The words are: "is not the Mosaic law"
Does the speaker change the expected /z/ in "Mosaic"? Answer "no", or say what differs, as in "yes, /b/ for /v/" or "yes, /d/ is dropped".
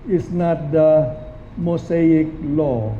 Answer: yes, /s/ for /z/